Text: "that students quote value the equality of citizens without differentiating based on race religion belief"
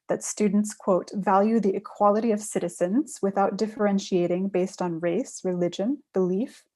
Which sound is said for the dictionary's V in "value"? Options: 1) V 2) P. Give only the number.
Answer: 1